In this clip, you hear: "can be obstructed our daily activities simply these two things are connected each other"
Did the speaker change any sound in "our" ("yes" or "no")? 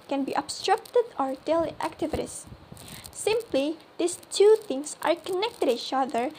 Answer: no